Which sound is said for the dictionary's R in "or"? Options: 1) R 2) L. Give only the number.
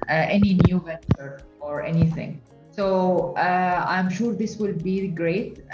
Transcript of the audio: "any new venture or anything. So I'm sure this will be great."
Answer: 1